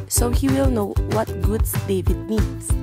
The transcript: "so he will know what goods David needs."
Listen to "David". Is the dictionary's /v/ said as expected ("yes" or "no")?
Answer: yes